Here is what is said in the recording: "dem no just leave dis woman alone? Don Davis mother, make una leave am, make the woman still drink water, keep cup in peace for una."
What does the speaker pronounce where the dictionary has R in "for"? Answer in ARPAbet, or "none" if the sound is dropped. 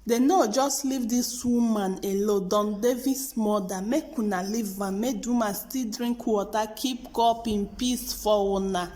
W